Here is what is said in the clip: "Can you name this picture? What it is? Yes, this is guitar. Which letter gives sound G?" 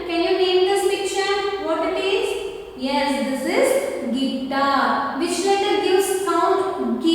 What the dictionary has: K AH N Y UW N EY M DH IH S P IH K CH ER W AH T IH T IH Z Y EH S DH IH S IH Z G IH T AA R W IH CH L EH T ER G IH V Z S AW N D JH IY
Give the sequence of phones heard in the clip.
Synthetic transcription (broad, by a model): K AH N Y UW N EY M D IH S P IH K SH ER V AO T IH T IH Z Y EH S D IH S IH Z G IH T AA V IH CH L EH T ER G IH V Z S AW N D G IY